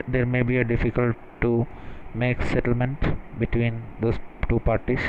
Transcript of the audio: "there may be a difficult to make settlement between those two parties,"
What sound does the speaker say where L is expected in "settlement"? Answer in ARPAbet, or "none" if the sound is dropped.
L